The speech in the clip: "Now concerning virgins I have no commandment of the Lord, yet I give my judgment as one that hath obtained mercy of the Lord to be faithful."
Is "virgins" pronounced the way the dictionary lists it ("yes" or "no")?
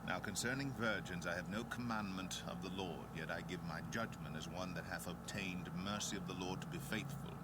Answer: yes